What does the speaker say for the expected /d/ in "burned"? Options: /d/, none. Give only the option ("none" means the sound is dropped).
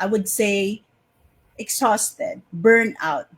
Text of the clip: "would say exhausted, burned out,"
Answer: none